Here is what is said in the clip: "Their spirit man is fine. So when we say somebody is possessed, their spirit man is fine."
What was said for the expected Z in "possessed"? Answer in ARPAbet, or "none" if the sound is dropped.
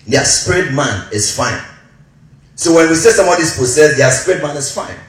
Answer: S